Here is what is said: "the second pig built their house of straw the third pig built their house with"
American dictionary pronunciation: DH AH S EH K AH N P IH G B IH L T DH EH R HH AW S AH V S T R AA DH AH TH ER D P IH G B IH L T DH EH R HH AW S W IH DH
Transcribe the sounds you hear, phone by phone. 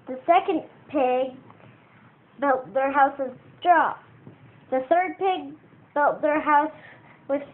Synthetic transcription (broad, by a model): DH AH S EH K AH N P IH G B IH L T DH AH R HH AW S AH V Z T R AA DH AH TH ER D P IH G B IH L T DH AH R HH AW S W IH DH